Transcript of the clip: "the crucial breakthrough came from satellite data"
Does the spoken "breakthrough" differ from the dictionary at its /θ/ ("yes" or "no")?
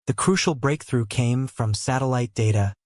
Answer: no